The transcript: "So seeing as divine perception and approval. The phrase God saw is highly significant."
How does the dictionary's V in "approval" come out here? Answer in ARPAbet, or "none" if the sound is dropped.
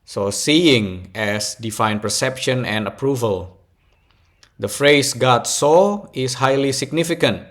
V